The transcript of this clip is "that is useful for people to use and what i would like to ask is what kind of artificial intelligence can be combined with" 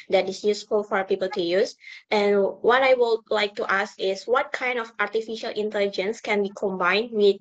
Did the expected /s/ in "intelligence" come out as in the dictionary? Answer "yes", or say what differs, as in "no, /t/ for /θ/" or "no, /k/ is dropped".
yes